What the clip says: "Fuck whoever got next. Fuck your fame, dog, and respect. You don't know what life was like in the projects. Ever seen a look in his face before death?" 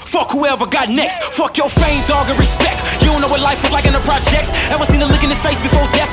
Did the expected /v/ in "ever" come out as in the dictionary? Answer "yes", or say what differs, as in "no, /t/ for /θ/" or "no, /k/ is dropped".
no, /w/ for /v/